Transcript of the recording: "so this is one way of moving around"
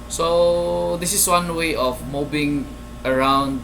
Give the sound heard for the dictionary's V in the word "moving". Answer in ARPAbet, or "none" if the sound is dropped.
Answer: B